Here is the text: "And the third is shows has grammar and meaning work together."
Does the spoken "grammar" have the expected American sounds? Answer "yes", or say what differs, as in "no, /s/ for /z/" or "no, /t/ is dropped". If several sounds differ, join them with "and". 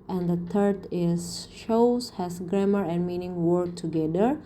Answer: yes